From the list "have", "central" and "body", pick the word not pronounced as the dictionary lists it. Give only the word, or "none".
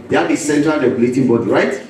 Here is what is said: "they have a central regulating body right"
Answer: have